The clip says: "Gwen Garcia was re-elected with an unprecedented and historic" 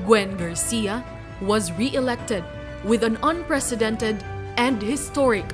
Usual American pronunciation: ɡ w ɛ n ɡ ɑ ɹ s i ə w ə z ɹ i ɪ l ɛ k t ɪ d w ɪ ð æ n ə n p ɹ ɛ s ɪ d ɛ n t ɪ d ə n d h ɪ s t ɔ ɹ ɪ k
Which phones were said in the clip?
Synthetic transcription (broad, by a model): ɡ w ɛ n ɡ ɑ ɹ s i ə w ə z ɹ i ɪ l ɛ k t ɪ d w ɪ ð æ n ə n p ɹ ɛ s ɪ d ɛ n t ɪ d ə n d h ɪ s t ɔ ɹ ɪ k